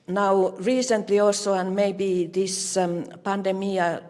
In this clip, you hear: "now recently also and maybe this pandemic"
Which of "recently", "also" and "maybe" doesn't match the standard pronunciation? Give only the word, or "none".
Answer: also